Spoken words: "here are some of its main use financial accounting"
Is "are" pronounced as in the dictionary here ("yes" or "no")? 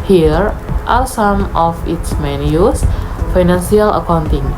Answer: no